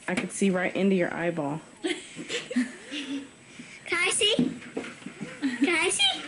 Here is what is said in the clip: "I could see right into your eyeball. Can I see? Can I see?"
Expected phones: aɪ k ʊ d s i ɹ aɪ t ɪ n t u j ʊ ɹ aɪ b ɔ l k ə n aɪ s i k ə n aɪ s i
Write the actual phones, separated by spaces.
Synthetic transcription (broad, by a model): aɪ k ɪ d s i ɹ aɪ t ɪ n t u j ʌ ɹ aɪ b ɔ l k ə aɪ s i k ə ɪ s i